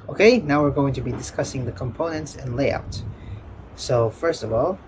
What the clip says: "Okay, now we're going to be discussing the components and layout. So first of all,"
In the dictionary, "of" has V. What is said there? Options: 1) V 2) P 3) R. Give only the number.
1